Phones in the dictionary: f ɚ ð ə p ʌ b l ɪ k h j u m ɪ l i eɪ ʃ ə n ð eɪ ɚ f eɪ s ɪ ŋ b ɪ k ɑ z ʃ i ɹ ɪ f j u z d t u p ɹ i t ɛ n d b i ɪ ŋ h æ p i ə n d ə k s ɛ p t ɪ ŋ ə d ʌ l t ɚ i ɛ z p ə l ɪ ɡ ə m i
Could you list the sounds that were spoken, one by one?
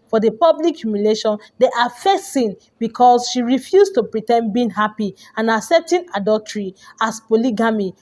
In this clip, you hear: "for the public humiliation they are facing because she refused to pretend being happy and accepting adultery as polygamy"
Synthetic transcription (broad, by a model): f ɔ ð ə p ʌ b l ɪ k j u m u l eɪ ʃ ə n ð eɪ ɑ f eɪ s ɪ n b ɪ k ɑ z ʃ i ɹ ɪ f j u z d t u p ɹ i t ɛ n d b i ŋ h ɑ p i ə n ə s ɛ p t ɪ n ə d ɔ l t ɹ i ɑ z p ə l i ɡ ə m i